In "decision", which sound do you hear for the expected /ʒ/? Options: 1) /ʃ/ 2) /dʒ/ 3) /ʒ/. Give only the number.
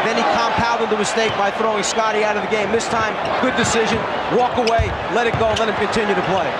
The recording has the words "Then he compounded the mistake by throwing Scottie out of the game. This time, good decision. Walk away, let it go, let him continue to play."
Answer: 3